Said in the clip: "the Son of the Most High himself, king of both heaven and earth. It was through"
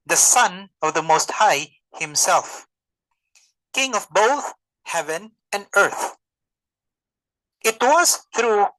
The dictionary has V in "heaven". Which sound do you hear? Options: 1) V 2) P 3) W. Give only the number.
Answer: 1